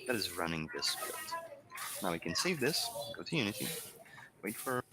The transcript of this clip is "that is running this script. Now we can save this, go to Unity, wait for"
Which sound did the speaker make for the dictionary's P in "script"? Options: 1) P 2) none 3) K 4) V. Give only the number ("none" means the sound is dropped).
2